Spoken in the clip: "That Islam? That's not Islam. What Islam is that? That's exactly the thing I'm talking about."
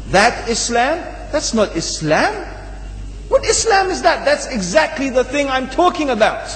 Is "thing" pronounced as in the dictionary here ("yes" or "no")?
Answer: yes